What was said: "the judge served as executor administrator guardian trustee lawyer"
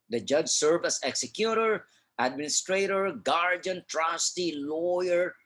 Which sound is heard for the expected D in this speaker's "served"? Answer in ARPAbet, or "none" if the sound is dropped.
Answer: none